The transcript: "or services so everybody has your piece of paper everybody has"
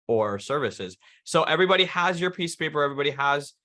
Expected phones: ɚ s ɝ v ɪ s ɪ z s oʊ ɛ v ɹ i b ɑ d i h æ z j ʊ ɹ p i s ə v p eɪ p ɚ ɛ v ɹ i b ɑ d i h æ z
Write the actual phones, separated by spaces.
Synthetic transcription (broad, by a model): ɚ s ɝ v ɪ s ɪ z s oʊ ɛ v ɹ i b ɑ d i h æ z j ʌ ɹ p i s p eɪ p ɚ ɛ v ɹ i b ɑ d i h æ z